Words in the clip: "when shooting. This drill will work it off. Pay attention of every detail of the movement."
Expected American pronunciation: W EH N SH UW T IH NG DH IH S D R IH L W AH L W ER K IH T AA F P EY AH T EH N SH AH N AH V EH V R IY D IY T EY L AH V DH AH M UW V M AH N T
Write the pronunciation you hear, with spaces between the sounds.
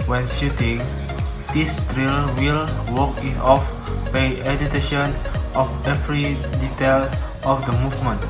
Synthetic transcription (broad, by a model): W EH N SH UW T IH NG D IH S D R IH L W AH L W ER K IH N AA F B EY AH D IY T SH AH N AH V EH V R IY D IY T EY L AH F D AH M UW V M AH N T